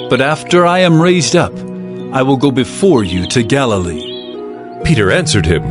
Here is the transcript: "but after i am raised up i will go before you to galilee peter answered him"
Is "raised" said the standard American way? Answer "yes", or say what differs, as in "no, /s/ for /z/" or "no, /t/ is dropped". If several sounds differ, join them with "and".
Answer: yes